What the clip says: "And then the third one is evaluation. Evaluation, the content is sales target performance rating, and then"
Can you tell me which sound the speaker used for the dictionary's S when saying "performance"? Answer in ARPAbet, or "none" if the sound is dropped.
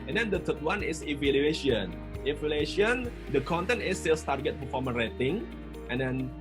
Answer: none